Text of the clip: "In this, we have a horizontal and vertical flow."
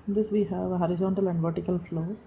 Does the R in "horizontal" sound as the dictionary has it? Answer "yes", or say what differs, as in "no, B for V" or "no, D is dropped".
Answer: yes